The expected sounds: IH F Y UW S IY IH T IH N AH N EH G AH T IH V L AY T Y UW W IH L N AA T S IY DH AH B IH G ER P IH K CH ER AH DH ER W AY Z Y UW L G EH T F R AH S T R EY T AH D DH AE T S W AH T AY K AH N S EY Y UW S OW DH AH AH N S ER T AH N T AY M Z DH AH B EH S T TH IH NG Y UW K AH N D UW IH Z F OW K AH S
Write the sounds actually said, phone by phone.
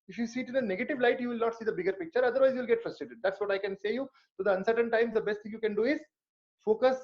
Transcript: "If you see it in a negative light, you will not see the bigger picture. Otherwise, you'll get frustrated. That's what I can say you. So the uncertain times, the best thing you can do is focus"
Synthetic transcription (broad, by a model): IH F Y UW S IY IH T IH N AH N EH G AH T IH V L AY T Y UW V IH L N AA T S IY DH AH B IH G ER P IH K CH ER AH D ER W AY Z Y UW L G EH T F R AH S T R EY T AH D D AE T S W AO T AY K AH N S EY Y UW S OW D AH AH N S ER T AH N T AY M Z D AH B EH S T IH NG Y UW K AH N D UW IH Z F OW K AH S